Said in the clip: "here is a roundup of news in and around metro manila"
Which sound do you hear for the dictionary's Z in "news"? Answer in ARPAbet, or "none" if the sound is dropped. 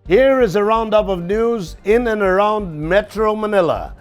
Z